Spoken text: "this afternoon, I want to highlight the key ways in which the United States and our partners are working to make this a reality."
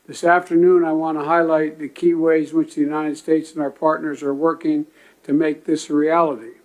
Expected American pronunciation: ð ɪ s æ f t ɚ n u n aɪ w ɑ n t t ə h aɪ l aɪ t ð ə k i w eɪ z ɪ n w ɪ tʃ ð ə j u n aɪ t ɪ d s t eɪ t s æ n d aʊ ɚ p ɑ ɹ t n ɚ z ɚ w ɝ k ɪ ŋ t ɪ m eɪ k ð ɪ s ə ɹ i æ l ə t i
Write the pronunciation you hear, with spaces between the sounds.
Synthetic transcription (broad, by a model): ð ɪ s æ f t ɚ n u n aɪ w ɑ n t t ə h aɪ l aɪ t ð ə k i w eɪ ɪ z w ɪ tʃ ð ə j u n aɪ t ɪ d s t eɪ t s n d aʊ ɚ p ɑ ɹ t n ɚ z ɚ w ɝ k ɪ ŋ t ɪ m eɪ k ð ɪ s ɹ i æ l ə t i